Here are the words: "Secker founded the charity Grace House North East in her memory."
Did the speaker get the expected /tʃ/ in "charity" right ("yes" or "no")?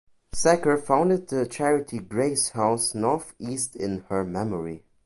yes